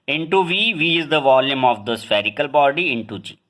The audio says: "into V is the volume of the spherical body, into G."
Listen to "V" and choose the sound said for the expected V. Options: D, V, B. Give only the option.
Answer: V